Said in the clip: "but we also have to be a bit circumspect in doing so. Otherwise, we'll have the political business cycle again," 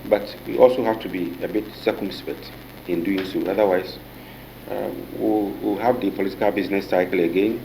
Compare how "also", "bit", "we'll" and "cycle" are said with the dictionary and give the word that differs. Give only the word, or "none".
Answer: we'll